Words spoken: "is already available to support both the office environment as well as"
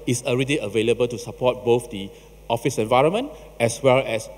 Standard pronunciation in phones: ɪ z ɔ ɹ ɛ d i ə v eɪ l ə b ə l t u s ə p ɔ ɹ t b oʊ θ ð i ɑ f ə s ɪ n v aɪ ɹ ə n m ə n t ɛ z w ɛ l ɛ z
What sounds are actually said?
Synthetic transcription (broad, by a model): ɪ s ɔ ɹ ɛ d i ə v eɪ l ə b ə l t u s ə p ɔ t b oʊ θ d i ɑ f ə s ɪ n v aɪ ɹ ə n m ə n t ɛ s w ɛ l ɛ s